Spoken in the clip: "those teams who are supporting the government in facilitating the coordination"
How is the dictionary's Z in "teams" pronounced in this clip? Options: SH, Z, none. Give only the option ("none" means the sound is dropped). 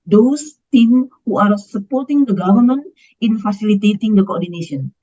none